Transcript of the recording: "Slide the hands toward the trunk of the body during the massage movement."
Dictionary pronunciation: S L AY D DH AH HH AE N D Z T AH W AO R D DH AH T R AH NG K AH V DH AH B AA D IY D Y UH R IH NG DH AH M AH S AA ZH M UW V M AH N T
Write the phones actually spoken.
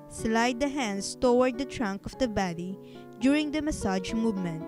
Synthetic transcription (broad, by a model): S L AY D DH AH HH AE N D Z T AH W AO R D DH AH T R AH NG K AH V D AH B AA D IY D Y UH R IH NG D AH M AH S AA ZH M UW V M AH N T